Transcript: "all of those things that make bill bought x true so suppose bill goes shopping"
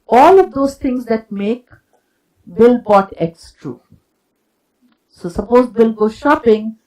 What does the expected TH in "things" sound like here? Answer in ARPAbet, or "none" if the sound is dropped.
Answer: T